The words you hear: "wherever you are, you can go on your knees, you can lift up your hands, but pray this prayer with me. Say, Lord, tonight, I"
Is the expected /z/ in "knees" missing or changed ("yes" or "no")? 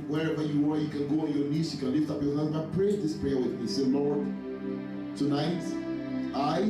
yes